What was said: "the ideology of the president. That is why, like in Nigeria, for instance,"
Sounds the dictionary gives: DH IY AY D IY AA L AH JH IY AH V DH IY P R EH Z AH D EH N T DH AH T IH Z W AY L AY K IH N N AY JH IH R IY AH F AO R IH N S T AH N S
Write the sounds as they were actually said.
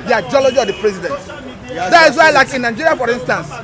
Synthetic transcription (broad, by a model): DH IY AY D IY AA L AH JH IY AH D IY P R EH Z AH D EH N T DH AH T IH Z W AY L AY K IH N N AY JH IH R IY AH F AO R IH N S T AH N S